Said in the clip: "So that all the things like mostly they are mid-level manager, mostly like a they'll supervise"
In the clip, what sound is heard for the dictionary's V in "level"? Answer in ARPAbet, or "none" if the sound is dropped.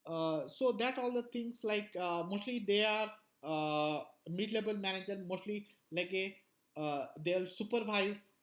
B